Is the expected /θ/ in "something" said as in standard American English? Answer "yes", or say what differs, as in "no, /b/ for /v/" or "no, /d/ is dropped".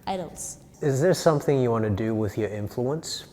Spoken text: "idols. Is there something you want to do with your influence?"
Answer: yes